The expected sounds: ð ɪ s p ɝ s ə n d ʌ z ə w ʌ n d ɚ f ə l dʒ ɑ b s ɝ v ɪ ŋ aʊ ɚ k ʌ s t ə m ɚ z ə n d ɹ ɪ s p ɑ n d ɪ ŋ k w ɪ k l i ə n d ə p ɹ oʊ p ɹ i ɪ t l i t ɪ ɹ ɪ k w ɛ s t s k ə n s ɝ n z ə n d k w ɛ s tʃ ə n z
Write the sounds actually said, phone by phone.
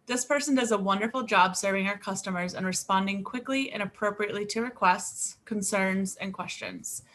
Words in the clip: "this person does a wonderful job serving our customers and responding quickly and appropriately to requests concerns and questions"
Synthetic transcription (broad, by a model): ð ɪ s p ɝ s ə n d ʌ z ə w ʌ n d ɚ f l dʒ ɑ b s ɝ v ɪ ŋ aʊ ɚ k ʌ s t ə m ɚ z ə n ɹ ɪ s p ɑ n d ɪ ŋ k w ɪ k l i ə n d ə p ɹ oʊ p ɹ i ɪ t l i t ɪ ɹ ɪ k w ɛ s t s k ə n s ɝ n z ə n k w ɛ s tʃ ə n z